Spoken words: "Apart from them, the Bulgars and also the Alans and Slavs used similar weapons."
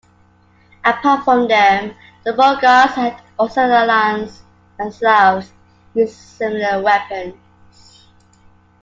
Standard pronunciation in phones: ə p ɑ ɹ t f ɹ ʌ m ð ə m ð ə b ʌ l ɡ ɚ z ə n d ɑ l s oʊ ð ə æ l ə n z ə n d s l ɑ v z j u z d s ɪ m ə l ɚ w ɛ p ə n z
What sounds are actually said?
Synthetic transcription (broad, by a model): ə p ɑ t f ɹ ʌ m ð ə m ð ə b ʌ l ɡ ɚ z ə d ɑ s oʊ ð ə l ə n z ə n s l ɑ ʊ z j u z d s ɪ m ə l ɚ w ɛ p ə n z